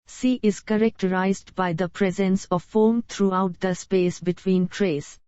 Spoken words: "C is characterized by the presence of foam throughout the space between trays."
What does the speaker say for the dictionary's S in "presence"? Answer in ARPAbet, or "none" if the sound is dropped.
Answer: S